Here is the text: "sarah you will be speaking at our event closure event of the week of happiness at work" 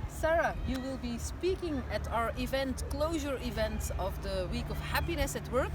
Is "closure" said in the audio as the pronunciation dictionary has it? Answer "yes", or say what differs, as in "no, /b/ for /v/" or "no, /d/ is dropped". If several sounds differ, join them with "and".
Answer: yes